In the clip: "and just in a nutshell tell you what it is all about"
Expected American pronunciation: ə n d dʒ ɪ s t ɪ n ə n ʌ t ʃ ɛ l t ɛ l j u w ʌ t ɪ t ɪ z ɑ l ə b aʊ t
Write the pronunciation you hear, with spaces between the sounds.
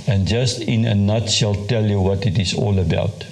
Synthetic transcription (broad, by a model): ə n dʒ ɪ s t ɪ n ə n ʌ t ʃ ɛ l t ɛ l j u w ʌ t ɪ t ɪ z ɑ l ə b aʊ t